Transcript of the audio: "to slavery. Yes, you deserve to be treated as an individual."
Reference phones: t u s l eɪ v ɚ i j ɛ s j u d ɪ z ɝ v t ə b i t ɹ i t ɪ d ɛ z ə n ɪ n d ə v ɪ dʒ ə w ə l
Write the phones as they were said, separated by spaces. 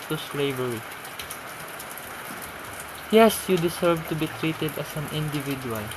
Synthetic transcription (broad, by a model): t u s l eɪ v ɚ i j ɛ s j u d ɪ s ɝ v t ə b i t ɹ i t ɪ d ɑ s ə n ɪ n d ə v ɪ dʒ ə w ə l